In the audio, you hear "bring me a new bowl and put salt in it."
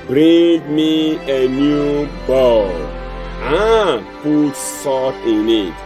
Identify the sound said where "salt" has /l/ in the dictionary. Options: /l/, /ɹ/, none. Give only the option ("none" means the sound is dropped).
none